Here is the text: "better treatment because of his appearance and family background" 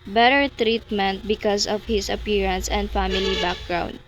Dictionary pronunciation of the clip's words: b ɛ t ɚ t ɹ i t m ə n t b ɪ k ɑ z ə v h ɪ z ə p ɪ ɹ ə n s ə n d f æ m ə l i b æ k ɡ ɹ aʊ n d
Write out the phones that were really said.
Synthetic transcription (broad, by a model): b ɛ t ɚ t ɹ i t m ə n t b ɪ k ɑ s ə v h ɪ s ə p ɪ ɹ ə n s ə n d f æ m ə l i b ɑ k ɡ ɹ aʊ n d